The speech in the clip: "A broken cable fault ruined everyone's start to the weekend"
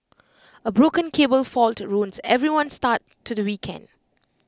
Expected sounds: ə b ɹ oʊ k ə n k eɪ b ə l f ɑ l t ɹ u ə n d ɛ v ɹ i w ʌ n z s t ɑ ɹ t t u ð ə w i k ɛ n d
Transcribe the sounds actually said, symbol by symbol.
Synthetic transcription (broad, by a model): ə b ɹ oʊ k ə n k eɪ b ə l f ɑ l t ɹ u n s ɛ v ɹ i w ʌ n s t ɑ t t u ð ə w i k ɛ n d